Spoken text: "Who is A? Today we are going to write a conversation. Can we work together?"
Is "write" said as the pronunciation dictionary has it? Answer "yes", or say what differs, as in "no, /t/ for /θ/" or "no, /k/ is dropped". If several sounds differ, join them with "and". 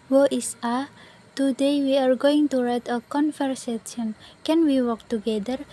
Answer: yes